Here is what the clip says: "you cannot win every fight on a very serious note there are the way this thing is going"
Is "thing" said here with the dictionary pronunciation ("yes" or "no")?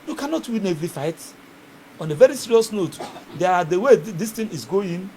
no